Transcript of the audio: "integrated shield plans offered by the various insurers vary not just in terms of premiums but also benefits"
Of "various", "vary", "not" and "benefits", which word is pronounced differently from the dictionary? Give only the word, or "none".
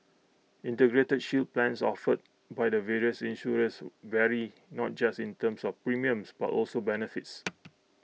none